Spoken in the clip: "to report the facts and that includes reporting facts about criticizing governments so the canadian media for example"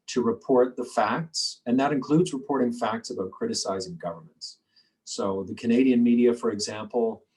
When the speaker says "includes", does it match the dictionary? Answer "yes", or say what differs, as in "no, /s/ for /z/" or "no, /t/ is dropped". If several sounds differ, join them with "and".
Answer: yes